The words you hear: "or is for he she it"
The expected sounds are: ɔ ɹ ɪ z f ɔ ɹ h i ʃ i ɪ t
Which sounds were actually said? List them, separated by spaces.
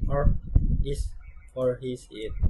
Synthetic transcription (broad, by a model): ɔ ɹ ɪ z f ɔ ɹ h i s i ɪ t